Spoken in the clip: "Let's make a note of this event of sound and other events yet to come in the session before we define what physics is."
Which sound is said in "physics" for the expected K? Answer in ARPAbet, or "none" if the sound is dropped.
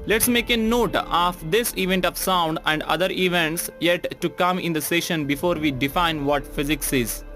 K